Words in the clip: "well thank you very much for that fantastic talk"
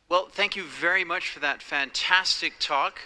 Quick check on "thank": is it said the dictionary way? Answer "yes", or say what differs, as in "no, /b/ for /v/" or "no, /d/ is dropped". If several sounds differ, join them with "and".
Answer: yes